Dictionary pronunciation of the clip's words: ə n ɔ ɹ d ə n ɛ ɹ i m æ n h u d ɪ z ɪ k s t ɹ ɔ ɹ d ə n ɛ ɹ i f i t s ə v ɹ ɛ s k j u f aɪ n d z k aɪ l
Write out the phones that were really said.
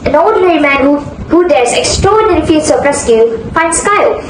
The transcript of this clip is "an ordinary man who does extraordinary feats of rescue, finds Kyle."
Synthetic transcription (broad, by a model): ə n ɔ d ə n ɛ ɹ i m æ n h u d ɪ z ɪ k s t ɹ ɔ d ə n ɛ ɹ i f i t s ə p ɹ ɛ s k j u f aɪ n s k aɪ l